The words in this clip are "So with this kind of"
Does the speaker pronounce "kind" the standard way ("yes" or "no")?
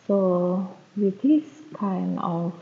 no